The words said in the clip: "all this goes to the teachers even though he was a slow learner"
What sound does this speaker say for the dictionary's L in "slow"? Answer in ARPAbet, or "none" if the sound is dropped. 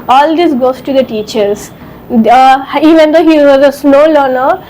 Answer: N